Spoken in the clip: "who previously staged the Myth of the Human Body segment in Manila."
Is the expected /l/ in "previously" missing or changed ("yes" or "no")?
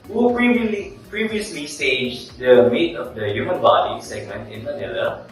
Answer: no